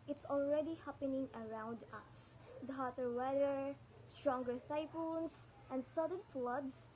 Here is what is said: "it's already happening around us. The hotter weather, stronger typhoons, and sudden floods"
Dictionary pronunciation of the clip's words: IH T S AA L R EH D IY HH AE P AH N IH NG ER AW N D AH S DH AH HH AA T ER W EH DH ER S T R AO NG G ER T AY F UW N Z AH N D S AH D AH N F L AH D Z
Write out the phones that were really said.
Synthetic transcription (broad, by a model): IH T S AA L R EH D IY HH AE P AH N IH NG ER AW N D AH S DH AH HH AA T ER W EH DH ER S T R AO NG G ER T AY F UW N S AH N D S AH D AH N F L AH D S